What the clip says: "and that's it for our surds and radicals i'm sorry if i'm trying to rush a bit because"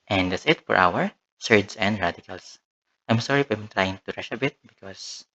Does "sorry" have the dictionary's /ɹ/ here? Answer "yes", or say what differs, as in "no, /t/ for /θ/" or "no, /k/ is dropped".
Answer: yes